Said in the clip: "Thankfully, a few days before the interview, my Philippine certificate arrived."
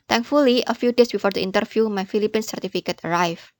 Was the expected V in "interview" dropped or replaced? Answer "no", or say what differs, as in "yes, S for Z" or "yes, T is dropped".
yes, F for V